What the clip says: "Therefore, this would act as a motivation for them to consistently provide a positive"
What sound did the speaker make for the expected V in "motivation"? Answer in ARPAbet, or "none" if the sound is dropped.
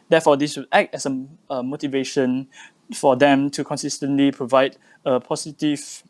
V